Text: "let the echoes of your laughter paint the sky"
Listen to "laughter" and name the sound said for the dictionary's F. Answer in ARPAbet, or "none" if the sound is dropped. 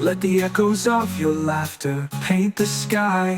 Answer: F